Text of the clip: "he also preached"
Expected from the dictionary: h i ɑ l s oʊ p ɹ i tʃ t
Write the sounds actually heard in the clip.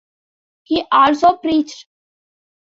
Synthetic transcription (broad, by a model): h i ɑ l s oʊ p ɹ i tʃ t